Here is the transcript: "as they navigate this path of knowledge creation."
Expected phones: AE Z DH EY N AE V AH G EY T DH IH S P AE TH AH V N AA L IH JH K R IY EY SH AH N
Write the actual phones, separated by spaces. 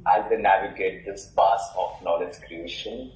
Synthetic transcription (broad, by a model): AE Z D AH N AE V AH G EY T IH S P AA S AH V N AA L IH JH K R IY EY SH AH N